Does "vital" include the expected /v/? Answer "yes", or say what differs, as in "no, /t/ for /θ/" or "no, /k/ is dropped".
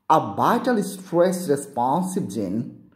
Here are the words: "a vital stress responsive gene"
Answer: no, /b/ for /v/